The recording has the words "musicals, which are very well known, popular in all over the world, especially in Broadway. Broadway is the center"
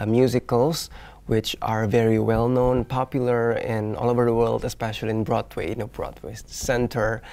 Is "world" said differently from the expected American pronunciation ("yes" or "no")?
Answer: no